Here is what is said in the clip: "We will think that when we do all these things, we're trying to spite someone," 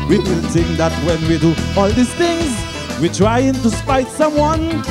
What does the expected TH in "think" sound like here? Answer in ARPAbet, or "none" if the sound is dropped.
T